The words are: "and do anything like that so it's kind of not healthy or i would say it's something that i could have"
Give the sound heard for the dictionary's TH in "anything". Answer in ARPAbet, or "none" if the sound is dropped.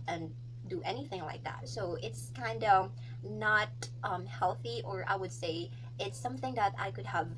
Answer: TH